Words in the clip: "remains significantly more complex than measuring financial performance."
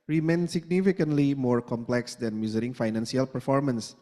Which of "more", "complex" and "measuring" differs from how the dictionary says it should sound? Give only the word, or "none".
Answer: measuring